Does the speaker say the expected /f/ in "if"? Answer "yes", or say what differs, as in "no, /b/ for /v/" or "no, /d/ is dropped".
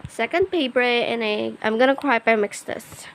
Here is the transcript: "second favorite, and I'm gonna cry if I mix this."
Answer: no, /p/ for /f/